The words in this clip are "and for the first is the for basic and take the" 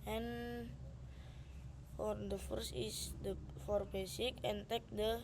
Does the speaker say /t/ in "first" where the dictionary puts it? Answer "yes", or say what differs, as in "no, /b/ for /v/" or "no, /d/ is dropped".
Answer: no, /t/ is dropped